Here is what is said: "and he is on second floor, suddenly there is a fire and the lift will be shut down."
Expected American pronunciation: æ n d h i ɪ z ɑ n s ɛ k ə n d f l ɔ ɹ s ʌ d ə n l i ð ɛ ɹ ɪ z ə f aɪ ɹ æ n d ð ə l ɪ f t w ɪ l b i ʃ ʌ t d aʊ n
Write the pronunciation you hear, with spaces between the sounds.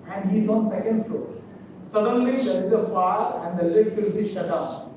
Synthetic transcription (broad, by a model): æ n d h i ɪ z ɑ n s ɛ k ə n d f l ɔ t s ʌ d ə n l i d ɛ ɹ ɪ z ə f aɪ ɹ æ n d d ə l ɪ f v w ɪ l b i ʃ ʌ t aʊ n